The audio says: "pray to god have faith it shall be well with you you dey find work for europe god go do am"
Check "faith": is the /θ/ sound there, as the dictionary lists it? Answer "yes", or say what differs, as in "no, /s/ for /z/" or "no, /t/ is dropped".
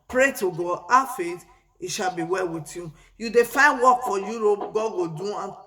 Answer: no, /t/ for /θ/